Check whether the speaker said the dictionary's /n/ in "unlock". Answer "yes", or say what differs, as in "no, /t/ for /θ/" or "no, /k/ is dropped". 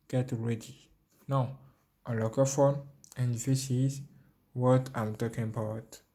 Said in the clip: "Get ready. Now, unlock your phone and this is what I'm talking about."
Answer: no, /n/ is dropped